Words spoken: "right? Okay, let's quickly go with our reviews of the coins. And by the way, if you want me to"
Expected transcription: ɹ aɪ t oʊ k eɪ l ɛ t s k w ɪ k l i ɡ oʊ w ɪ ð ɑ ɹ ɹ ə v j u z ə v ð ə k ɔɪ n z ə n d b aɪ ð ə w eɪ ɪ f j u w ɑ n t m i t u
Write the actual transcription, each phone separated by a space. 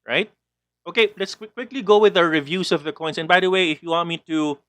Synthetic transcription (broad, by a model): ɹ aɪ t oʊ k eɪ l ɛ t s k w ɪ k l i ɡ oʊ w ɪ ð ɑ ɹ ɹ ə v j u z ə v ð ə k ɔɪ n s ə n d b aɪ ð ə w eɪ ɪ f j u w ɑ n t m i t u